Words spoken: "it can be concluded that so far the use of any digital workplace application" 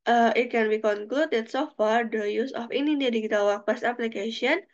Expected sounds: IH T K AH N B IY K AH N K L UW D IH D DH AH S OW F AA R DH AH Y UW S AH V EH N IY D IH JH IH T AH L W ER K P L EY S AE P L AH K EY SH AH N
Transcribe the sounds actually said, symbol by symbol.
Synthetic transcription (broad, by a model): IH T K AH N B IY K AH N K L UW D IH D S OW F AA R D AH Y UW S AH F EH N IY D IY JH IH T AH L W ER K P EY S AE P L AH K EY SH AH N